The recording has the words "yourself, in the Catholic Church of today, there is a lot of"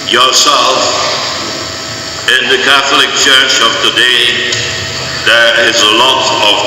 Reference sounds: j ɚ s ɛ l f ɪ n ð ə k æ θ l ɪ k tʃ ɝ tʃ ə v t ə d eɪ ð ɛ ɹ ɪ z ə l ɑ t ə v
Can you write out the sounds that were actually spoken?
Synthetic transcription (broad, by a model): j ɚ s ɛ l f ɪ n ð ə k æ θ l ɪ k tʃ ɝ tʃ ə v t ə d eɪ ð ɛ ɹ ɪ z ə l ɑ t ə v